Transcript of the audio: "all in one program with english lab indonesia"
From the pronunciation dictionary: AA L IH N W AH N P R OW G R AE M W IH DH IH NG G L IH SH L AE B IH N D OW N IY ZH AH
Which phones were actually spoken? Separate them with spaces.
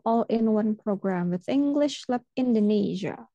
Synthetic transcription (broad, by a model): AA L IH N W AH N P R OW G R AE M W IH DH IH NG G L IH SH L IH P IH N D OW N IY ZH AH